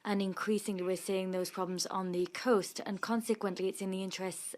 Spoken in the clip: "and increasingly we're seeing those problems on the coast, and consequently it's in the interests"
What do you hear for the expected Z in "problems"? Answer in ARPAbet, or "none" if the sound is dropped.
Z